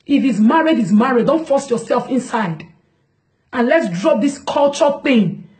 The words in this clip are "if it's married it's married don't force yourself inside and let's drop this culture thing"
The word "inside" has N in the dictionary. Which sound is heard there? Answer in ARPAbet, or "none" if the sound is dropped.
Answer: N